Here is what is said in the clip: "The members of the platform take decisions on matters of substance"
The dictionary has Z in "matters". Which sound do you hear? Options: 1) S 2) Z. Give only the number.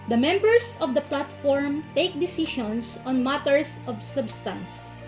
1